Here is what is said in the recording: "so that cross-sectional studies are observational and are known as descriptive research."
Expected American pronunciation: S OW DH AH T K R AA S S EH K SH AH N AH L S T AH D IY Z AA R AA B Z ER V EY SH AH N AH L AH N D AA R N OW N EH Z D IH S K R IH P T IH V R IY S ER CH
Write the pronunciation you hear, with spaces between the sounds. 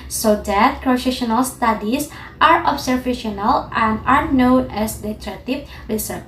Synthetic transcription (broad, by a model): S OW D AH T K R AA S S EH SH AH N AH L S T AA D IY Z AA R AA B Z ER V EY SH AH N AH L AH N D AA R N OW N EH S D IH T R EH T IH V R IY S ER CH